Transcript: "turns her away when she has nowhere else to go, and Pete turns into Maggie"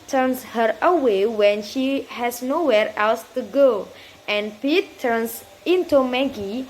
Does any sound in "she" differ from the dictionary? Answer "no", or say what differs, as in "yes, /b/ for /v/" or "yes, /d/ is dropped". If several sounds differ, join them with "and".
no